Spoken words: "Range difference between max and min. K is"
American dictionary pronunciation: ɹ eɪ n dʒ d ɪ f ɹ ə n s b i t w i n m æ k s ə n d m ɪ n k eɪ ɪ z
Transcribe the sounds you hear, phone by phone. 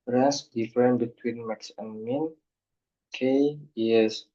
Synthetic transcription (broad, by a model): ɹ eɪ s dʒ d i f ɹ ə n b i t w i n m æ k s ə n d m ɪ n k eɪ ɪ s